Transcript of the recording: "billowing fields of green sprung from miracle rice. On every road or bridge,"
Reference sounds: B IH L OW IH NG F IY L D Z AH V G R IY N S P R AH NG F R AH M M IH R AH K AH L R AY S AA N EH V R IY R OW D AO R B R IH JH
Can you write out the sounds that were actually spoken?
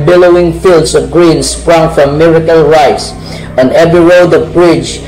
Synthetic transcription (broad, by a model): B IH L OW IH NG F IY L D S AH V G R IY N S P R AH NG F R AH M M IH R AH K AH L R AY S AA N EH V R IY R OW D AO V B R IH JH